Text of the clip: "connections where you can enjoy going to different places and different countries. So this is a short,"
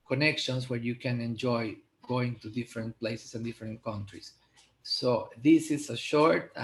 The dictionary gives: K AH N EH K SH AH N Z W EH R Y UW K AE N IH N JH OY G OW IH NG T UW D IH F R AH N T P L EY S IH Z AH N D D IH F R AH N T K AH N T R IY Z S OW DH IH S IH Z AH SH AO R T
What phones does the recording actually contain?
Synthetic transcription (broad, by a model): K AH N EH K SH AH N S W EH R Y UW K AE N IH N JH OY G OW IH NG T UW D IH F R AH N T P L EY S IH S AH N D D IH F R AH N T K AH N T R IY S OW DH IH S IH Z AH SH AO R T